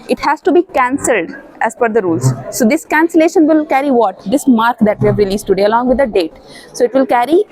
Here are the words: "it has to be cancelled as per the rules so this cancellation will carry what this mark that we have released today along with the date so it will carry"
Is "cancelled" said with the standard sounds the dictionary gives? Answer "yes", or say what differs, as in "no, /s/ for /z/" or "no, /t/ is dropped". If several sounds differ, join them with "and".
yes